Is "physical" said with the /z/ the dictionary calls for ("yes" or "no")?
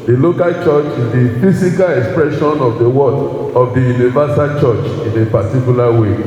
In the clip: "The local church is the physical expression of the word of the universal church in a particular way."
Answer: no